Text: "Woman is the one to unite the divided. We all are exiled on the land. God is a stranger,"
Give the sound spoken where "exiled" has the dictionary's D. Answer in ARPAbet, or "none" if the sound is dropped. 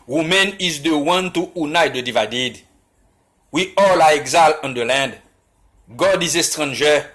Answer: none